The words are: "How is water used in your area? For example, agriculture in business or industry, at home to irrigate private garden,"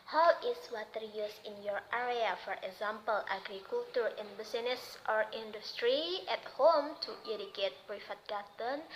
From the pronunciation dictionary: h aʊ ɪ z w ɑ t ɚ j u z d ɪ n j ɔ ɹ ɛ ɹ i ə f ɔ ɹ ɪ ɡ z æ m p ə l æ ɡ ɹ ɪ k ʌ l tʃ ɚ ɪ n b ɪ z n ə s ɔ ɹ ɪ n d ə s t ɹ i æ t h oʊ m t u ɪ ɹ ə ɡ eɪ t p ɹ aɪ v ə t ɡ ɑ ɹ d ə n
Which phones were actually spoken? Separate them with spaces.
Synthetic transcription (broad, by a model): h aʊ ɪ s w ɑ t ɚ j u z ɪ n j ɔ ɹ ɛ ɹ i ə f ɔ ɹ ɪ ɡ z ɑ m p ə l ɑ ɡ ɹ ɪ k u l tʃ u ɪ n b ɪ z n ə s ɔ ɹ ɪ n d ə s t ɹ i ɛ t h oʊ m t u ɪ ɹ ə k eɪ t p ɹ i f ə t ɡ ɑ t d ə n